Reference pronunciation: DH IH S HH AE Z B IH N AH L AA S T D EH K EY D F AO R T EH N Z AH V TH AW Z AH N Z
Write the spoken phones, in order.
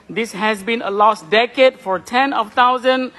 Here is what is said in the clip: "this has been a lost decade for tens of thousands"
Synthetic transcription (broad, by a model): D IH S HH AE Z B IH N AH L AA S T D EH K EY D F AO R T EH N AH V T AW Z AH N